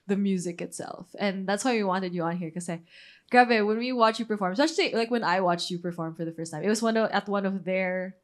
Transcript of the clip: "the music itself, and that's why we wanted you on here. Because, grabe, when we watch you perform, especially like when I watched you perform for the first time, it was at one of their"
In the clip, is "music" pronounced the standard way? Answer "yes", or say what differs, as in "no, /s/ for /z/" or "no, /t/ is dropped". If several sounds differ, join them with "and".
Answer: yes